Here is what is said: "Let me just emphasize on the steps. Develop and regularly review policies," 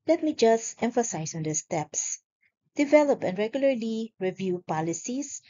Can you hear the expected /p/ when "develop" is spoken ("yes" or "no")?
yes